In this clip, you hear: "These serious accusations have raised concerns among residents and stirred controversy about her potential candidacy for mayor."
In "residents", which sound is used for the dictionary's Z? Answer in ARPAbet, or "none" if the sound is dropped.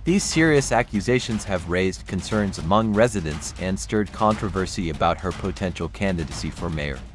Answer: Z